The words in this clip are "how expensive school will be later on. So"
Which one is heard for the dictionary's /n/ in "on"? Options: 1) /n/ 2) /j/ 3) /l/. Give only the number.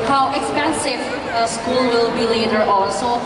3